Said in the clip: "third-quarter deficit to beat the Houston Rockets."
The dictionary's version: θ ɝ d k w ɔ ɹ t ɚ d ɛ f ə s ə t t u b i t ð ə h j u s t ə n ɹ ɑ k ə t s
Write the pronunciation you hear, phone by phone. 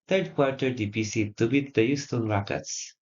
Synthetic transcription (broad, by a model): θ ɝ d k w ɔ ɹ t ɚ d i p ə s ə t t u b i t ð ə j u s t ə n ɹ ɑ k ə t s